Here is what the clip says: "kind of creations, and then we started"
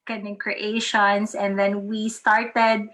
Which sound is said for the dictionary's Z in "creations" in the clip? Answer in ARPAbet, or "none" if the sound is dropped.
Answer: S